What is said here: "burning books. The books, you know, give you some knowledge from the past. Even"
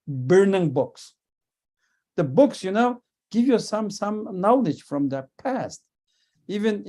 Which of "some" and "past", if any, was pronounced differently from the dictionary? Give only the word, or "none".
none